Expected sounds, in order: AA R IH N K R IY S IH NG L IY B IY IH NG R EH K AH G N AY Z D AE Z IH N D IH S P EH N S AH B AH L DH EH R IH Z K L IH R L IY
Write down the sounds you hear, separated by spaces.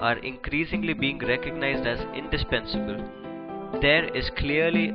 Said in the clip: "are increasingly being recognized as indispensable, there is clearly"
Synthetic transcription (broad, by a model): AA R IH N K R IY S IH NG L IY B IY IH NG R EH K AH G N AY Z D AE Z IH N D IH S P EH N S AH B AH L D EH R IH Z K L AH R L IY